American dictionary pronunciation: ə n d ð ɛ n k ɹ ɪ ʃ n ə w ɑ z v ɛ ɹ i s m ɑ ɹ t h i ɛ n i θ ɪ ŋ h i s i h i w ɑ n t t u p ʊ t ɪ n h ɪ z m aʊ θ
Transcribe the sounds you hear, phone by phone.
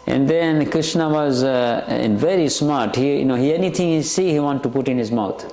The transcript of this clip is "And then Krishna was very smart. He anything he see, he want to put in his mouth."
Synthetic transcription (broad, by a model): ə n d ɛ n k ɹ ɪ ʃ n ə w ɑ z v ɛ ɹ i s m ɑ ɹ t h i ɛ n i t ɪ ŋ h i s i h i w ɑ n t t u p ʊ t ɪ n h ɪ z m aʊ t